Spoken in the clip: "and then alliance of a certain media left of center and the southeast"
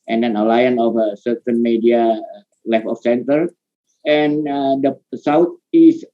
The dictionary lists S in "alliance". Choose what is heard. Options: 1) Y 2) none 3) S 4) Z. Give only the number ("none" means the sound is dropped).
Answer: 2